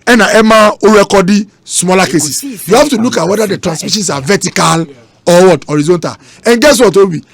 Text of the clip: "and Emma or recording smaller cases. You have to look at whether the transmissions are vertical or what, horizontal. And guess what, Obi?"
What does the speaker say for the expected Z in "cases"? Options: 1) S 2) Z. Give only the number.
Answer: 1